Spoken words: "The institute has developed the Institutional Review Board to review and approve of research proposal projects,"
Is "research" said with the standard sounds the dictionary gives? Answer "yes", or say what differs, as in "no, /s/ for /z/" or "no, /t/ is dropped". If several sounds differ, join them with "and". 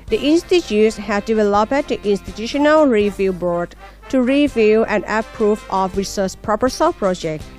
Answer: no, /s/ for /tʃ/